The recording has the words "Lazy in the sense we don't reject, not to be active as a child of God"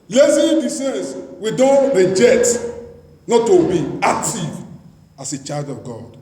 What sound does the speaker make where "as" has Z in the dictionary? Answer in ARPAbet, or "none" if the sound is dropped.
S